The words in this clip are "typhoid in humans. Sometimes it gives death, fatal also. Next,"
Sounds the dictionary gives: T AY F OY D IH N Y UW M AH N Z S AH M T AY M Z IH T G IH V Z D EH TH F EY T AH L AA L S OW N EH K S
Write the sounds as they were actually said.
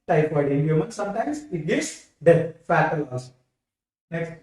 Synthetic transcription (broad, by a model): T AY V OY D IH N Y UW M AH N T S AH M T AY M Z IH T G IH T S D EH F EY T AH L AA S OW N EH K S